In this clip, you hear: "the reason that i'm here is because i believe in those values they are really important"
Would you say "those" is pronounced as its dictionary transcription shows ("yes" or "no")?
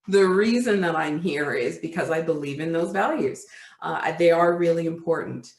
yes